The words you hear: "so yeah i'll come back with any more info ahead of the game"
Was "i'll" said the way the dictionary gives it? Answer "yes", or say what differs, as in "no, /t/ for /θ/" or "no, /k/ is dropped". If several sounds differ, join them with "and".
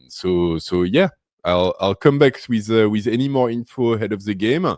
yes